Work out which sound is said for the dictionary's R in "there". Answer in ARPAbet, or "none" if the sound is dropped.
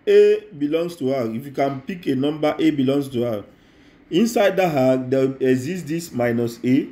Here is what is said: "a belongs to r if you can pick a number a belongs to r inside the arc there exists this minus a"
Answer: W